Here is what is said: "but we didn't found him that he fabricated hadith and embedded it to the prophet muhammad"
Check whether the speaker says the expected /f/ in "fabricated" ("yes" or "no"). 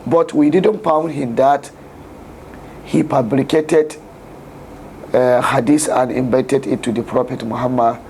no